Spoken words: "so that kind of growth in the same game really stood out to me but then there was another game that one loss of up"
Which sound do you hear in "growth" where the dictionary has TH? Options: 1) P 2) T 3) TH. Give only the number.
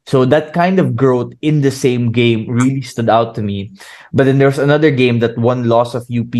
2